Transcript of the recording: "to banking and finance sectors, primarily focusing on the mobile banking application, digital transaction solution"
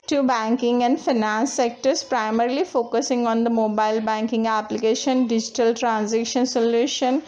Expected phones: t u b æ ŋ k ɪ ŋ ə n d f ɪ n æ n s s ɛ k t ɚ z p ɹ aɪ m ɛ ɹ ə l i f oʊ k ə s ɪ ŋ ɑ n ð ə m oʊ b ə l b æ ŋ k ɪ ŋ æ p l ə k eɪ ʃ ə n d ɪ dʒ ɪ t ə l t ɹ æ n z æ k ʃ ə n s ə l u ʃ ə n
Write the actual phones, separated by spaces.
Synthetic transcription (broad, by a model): t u b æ ŋ k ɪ ŋ ə n d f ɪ n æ n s s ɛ k t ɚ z p ɹ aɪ m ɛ ɹ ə l i f oʊ k ə s ɪ ŋ ɑ n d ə m oʊ b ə l b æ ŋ k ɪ ŋ æ p l ə k eɪ ʃ ə n d ɪ dʒ ɪ t ə l t ɹ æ n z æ k ʃ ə n s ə l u ʃ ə n